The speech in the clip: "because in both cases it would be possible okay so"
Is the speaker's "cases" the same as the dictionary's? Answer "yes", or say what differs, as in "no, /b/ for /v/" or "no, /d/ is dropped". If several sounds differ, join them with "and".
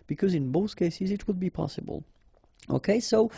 yes